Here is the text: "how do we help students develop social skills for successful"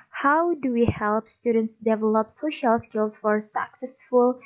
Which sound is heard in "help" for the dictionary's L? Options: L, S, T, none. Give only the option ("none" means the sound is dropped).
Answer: L